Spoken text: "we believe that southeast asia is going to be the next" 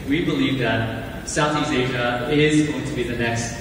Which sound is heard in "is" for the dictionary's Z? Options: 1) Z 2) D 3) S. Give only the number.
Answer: 1